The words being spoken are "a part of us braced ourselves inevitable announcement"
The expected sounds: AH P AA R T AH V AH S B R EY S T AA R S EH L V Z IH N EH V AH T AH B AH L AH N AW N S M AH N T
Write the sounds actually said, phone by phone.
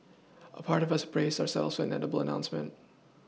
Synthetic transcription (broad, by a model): AH P AA R T AH V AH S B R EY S AA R S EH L Z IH IH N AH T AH B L AH N AW N S M AH N T